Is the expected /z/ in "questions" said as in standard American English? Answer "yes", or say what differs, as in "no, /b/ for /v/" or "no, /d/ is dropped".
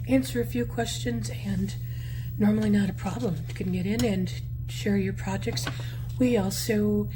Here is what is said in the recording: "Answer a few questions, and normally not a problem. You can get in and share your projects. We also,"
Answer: yes